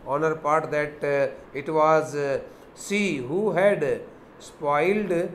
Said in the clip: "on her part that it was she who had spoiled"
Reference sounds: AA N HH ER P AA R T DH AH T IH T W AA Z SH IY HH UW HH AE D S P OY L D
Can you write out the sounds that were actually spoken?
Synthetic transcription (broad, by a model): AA N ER P AA R T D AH T IH T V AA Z S IY HH UW HH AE D S P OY L D